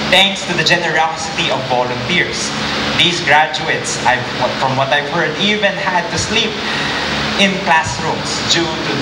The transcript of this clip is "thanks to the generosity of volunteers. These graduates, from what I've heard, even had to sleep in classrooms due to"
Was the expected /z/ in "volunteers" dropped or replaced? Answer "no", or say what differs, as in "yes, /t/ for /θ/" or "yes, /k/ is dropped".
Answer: yes, /s/ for /z/